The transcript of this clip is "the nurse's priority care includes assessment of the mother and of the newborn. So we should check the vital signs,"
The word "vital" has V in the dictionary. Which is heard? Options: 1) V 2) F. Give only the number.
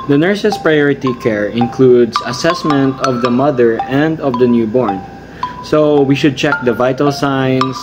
1